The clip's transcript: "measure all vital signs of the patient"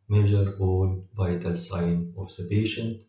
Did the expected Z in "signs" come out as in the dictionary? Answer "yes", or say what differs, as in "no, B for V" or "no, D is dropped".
no, Z is dropped